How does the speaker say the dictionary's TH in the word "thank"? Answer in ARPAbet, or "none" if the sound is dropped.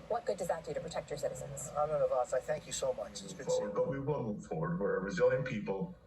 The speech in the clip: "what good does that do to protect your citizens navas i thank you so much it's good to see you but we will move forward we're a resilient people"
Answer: TH